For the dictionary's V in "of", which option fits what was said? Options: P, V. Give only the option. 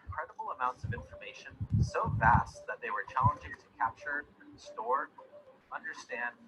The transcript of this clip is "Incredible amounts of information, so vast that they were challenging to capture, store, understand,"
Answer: V